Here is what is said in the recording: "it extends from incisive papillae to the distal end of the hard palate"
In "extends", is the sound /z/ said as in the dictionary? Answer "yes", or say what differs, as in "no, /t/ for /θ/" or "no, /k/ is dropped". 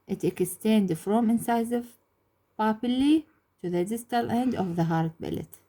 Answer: no, /z/ is dropped